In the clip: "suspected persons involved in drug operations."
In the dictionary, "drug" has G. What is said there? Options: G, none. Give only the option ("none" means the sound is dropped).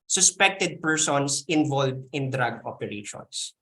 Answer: G